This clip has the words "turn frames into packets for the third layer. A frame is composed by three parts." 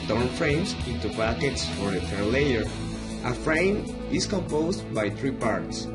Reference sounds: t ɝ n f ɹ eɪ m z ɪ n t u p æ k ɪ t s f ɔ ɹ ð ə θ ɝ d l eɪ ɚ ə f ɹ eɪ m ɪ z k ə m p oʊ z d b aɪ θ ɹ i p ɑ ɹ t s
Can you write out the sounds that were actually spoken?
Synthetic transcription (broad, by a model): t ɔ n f ɹ eɪ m s ɪ n t u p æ k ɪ t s f ɔ ɹ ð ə f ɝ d l eɪ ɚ ə f ɹ eɪ m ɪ s k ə m p oʊ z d b aɪ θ ɹ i p ɑ ɹ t s